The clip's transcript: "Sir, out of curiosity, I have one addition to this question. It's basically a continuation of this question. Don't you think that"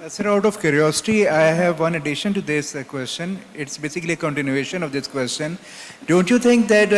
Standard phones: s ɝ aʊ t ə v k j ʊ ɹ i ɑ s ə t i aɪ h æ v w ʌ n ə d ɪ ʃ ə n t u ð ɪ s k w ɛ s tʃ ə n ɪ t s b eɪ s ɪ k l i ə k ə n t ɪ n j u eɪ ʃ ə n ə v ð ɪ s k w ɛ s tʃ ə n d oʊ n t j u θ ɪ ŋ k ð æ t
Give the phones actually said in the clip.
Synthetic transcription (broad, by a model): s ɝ aʊ t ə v k j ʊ ɹ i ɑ s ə t i aɪ h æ v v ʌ n ə d ɪ ʃ ə n t u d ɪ s k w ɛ s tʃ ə n ɪ t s b eɪ s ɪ k l i ə k ə n t ɪ n j u eɪ ʃ ə n ə v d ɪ s k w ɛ s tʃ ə n d oʊ n t j u t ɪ ŋ k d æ t